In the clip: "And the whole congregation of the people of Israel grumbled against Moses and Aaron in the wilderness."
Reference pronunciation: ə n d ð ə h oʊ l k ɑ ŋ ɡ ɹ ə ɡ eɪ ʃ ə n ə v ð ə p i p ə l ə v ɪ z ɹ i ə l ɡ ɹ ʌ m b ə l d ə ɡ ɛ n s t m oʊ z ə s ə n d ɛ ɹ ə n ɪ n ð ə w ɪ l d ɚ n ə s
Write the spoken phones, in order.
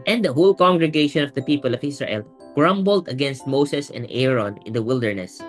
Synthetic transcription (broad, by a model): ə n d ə h oʊ l k ɑ ŋ ɡ ɹ ə ɡ eɪ ʃ ə n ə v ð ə p i p ə l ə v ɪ s ɹ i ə l ɡ ɹ ʌ m b ə l d ə ɡ ɛ n s t m oʊ s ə s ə n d ɛ ɹ ə n ɪ n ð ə w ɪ l d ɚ n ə s